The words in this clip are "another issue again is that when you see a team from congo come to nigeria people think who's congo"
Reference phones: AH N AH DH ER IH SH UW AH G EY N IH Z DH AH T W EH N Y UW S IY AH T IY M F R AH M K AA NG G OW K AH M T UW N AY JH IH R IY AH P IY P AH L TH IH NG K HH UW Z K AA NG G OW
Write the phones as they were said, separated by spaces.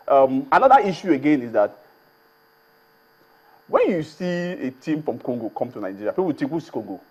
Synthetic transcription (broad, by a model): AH N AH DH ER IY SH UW AH G EY N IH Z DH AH T W EH N Y UW S IY AH T IY M F R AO M K AA NG G OW K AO M T UW N AY JH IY R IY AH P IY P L T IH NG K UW S K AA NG G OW